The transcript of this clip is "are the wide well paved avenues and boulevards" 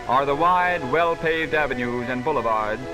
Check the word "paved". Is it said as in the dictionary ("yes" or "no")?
yes